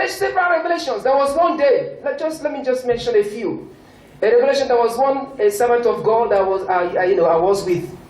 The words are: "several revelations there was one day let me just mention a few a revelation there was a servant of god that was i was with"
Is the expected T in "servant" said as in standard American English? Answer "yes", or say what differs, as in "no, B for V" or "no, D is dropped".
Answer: yes